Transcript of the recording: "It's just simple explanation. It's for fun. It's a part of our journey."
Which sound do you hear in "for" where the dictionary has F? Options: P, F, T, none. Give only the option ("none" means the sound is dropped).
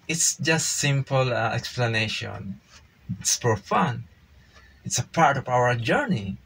P